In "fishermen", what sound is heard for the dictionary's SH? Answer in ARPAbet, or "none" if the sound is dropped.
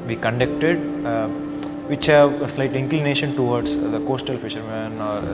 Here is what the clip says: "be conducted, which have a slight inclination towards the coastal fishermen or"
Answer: SH